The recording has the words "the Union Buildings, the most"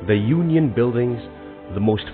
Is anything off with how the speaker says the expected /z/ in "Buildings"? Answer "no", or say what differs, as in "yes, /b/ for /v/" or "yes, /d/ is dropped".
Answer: no